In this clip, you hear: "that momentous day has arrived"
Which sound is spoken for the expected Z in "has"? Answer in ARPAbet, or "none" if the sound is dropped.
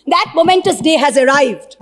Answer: Z